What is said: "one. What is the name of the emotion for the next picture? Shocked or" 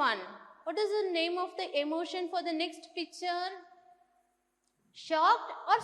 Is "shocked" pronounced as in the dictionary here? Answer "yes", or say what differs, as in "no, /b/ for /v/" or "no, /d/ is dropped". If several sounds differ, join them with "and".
yes